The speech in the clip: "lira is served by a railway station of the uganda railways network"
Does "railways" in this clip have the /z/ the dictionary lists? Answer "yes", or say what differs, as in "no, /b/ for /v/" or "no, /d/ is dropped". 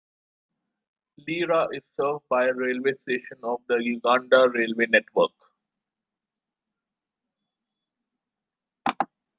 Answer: no, /z/ is dropped